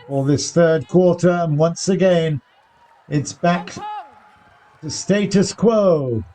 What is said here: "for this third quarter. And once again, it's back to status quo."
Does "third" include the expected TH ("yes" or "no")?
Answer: yes